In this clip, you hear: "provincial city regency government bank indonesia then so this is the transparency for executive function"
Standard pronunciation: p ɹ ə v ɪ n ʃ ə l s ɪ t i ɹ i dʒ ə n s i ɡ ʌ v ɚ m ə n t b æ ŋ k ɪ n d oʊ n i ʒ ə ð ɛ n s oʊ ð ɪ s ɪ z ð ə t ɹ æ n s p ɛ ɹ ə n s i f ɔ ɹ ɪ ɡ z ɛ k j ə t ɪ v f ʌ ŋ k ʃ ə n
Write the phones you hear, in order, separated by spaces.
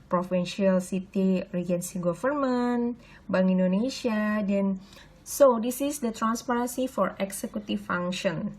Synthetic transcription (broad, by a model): p ɹ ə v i n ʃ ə l s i t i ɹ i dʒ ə n s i ɡ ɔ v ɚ m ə n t b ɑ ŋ i n d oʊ n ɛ ʃ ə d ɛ n s oʊ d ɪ s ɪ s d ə t ɹ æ n s p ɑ ɹ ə n s i f ɔ ɹ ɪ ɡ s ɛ k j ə t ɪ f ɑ ŋ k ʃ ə n